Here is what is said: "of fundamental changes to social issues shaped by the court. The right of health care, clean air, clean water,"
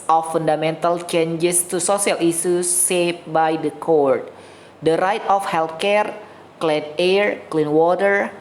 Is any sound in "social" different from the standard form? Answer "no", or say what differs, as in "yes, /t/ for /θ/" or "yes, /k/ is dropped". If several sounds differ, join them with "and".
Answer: yes, /s/ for /ʃ/